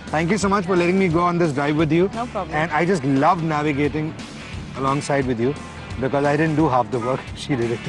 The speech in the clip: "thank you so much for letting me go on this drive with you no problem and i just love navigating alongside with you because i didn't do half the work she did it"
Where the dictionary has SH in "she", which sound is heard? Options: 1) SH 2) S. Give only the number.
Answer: 1